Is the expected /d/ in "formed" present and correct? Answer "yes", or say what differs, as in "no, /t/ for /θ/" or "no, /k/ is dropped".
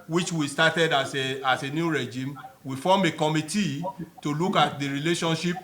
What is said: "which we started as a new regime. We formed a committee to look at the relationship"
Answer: no, /d/ is dropped